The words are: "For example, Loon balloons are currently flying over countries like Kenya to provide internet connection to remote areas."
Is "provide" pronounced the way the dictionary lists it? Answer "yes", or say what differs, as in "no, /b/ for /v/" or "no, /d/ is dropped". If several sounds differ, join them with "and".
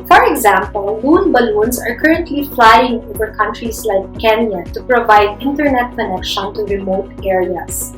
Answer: yes